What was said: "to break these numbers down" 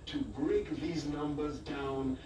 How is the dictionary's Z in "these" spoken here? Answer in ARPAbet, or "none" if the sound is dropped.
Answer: Z